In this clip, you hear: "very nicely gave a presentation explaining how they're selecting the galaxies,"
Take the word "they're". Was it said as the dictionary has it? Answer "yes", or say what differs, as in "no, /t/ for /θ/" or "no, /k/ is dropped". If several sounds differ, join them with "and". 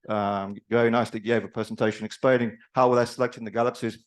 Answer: no, /l/ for /ɹ/